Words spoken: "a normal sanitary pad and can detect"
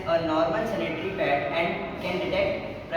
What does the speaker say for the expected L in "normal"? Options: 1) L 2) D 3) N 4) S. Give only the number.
3